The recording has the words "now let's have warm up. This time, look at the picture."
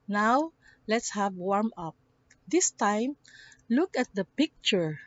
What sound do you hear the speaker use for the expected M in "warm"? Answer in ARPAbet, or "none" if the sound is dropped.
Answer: M